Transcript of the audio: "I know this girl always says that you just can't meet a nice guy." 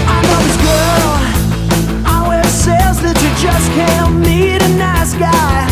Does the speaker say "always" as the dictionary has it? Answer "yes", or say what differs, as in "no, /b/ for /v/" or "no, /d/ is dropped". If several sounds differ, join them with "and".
no, /l/ is dropped